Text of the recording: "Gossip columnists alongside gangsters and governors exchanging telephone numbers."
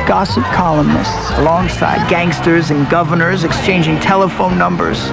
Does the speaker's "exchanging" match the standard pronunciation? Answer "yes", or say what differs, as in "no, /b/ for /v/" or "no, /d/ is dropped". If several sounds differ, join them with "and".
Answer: yes